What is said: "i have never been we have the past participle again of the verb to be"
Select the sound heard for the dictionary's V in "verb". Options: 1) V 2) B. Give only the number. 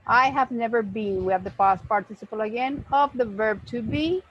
1